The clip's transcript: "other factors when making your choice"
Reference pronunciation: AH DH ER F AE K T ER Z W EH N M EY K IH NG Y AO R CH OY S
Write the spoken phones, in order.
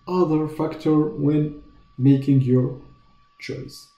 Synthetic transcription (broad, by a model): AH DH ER F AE K T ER W EH N M EY K IH NG Y AO R CH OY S